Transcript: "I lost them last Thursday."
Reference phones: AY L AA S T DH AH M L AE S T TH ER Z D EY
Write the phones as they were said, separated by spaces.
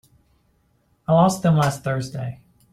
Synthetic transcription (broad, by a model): AY L AA S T DH AH M L AE S T TH ER Z D EY